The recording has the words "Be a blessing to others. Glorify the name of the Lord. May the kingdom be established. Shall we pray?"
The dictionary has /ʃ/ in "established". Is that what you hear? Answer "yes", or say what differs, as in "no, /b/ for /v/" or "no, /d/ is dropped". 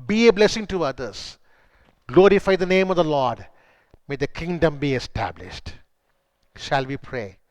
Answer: yes